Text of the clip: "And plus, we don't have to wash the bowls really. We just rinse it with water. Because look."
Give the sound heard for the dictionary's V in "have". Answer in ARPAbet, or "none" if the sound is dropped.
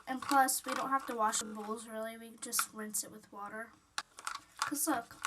F